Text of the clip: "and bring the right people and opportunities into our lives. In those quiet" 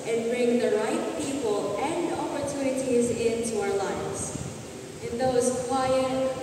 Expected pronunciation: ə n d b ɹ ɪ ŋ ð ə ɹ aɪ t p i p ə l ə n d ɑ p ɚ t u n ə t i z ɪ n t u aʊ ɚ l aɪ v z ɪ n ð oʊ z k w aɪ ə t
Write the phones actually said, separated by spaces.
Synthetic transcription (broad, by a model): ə n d b ɹ ɪ ŋ ð ə ɹ aɪ t p i p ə l ə n d ɑ p ɚ t u n ə t i z ɪ n t u aʊ ɚ l aɪ v z ɪ n ð oʊ z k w aɪ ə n